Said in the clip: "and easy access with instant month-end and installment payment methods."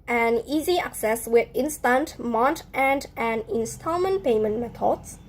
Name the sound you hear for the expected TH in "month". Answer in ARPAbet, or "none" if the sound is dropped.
T